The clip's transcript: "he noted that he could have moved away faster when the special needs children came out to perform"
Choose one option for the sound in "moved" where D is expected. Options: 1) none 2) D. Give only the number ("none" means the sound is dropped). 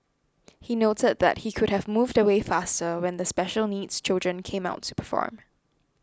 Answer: 2